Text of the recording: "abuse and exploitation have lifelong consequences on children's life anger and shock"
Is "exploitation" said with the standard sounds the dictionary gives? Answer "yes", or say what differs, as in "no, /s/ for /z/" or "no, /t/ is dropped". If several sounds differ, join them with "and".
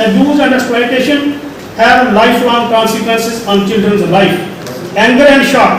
no, /k/ is dropped